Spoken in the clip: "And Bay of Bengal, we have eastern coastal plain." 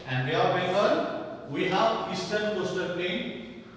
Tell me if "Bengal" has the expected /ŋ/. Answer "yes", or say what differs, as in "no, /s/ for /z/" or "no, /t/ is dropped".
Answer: no, /ŋ/ is dropped